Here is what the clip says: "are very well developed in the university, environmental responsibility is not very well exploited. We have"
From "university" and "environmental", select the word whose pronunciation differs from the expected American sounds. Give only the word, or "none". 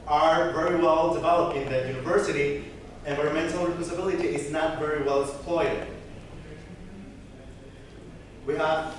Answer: environmental